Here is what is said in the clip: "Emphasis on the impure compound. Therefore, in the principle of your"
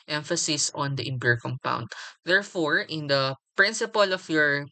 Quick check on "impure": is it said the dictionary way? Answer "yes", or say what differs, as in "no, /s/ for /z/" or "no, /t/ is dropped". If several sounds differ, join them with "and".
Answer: no, /b/ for /p/